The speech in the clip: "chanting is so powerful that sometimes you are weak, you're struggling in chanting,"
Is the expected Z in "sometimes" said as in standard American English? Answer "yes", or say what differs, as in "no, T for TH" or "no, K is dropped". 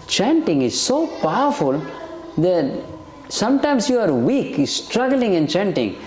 no, S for Z